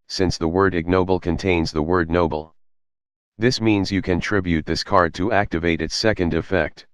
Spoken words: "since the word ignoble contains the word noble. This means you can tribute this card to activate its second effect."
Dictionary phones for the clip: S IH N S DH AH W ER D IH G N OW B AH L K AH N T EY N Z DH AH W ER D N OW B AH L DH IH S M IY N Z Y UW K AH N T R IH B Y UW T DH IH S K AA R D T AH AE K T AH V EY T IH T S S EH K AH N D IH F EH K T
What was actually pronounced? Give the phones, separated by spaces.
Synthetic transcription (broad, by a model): S IH N S DH AH W ER D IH G N OW B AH L K AH N T EY N Z DH AH W ER D N OW B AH L DH IH S M IY N Z Y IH K AH N T R IH B Y UW T DH IH S K AA R D T AH AE K T AH V EY T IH T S S EH K AH N D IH F EH K T